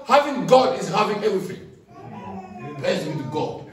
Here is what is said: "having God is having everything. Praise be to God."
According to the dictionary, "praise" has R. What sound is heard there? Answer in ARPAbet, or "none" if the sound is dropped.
none